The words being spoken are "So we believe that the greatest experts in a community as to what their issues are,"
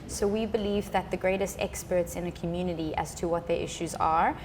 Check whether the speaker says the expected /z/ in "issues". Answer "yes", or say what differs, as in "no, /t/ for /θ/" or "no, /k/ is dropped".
yes